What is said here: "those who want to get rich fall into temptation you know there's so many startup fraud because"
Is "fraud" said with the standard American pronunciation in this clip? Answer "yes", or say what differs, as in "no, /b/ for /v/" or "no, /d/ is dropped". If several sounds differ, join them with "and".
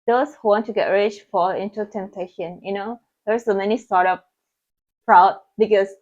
no, /p/ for /f/